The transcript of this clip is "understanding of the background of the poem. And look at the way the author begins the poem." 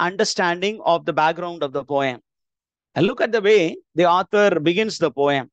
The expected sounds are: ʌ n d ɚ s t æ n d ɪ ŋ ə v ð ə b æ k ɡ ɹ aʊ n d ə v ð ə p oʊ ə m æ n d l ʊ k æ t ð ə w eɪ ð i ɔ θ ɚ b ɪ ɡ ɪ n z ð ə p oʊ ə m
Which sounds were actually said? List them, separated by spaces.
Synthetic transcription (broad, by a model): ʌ n d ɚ s t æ n d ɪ ŋ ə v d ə b æ k ɡ ɹ aʊ n d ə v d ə p oʊ ə m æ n l ʊ k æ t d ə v eɪ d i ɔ t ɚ b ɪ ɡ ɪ n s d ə p oʊ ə m